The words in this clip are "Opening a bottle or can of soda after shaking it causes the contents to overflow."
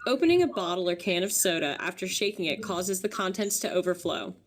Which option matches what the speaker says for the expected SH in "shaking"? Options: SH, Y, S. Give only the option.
SH